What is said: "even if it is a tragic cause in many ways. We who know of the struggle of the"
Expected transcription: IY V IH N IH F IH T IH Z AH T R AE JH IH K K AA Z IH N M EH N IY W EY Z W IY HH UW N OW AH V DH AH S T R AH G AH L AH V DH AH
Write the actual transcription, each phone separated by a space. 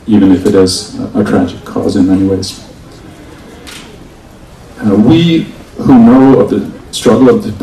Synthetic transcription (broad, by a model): IY V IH N IH F IH T IH Z AH T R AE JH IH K K AA Z IH N M EH N IY W EY Z W IY HH UW N OW AH V DH AH S T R AH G L AH V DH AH